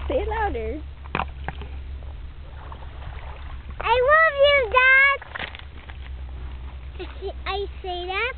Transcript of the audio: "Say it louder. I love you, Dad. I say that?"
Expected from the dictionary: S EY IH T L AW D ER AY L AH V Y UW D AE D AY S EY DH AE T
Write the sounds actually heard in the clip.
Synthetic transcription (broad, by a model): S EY IH T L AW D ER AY N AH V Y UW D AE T AY S EY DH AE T